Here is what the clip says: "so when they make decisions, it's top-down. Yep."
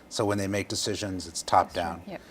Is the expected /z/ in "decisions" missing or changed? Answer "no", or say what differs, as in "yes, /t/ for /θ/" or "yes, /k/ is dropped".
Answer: no